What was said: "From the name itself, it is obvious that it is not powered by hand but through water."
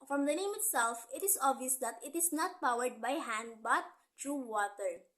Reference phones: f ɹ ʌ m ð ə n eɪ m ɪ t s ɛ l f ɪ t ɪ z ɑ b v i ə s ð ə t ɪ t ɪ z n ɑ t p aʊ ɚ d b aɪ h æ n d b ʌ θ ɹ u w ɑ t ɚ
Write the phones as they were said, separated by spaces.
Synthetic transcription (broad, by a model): f ɹ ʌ m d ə n eɪ m ɪ t s ɛ l f ɪ t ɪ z ɑ b v i ə s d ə t ɪ t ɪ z n ɑ t p aʊ ɚ d b aɪ h æ n d b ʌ t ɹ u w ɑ t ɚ